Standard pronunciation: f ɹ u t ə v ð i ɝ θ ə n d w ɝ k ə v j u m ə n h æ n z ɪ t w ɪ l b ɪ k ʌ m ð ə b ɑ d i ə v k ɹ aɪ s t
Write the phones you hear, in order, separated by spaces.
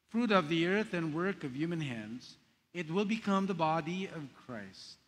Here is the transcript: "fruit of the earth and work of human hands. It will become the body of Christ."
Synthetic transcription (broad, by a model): f ɹ u t ə v ð i ɝ θ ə n w ɝ k ə v j u m ə n h æ n z ɪ t w ɪ l b ɪ k ʌ m ð ə b ɑ d i ə v k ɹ aɪ s t